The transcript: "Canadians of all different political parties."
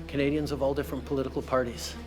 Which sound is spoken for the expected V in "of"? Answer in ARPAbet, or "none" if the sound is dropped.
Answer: V